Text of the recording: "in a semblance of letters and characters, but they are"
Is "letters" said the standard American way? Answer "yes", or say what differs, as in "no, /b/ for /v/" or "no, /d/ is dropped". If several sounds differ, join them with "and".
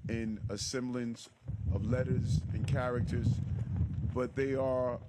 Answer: yes